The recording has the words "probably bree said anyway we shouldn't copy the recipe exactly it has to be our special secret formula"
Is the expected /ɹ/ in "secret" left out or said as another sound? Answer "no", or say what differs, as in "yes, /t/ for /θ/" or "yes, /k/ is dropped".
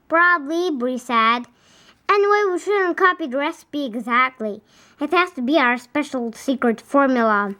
no